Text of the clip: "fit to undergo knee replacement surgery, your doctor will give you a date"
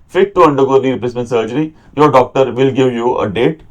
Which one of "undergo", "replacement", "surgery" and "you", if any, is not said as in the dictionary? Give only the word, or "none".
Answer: replacement